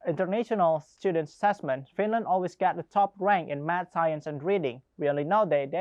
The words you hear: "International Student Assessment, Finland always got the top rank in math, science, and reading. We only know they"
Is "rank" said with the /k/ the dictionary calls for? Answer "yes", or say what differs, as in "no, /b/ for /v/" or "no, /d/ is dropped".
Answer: yes